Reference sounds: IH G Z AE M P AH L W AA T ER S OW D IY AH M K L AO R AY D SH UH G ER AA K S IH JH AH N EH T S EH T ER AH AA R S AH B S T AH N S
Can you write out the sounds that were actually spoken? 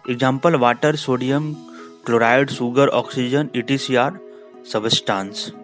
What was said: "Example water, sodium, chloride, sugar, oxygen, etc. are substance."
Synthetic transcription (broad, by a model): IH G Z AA M P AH L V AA T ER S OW D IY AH M K L AO R AY D S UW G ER AA K S IH JH AH N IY T IY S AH AA R S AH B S T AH N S